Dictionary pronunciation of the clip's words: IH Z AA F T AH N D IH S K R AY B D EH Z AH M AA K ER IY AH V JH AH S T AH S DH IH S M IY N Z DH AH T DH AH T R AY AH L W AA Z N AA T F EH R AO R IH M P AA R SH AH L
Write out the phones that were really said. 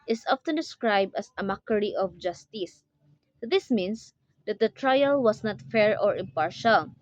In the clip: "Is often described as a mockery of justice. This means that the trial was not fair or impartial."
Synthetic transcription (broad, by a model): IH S AA F T AH N D IH S K R AY B D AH S AH M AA K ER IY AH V JH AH S T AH S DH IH S M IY N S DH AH T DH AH T R AY AH L W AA S N AA T F EH R AO R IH M P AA R SH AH L